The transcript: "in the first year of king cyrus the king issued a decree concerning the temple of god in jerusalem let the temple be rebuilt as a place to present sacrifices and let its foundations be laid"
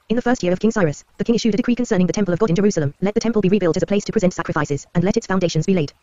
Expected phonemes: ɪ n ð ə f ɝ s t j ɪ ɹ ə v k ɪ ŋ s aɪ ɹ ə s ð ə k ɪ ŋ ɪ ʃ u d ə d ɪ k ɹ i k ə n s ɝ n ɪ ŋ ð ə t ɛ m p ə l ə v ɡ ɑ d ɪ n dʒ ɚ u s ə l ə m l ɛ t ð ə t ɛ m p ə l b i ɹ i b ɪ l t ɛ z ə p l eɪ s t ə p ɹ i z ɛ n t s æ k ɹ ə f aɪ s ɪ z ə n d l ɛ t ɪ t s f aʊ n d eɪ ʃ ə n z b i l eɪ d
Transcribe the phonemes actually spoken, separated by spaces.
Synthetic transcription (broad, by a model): ɪ n ð ə f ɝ s t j ɪ ɹ ə v k ɪ ŋ s aɪ ɹ ə s ð ə k ɪ ŋ ɪ ʃ u d ə d ɪ k ɹ i k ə n s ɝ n ɪ ŋ ð ə t ɛ m p ə l ə v ɡ ɑ d ɪ n dʒ ɚ u s ə l ə m l ɛ t ð ə t ɛ m p ə l b i ɹ i b ɪ l t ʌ z ə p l eɪ s t ə p ɹ i z ɛ n t s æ k ɹ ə f aɪ s ɪ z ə n l ɛ t ɪ t s f aʊ n d eɪ ʃ ə n z b i l eɪ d